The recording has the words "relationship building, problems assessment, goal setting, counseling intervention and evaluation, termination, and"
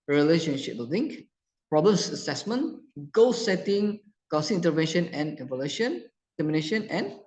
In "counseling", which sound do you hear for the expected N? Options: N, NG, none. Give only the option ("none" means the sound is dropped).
none